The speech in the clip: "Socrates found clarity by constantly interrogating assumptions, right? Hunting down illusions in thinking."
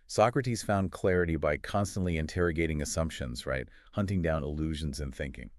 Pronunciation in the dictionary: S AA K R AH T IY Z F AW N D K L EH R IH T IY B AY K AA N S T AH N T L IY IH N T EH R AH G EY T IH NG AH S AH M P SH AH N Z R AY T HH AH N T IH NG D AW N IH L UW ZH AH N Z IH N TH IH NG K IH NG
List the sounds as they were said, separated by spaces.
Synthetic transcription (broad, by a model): S AA K R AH T IY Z F AW N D K L EH R IH T IY B AY K AA N S T AH N T L IY IH N T EH R AH G EY T IH NG AH S AH M P SH AH N Z R AY T HH AH N T IH NG D AW N IH L UW ZH AH N Z IH N TH IH NG K IH NG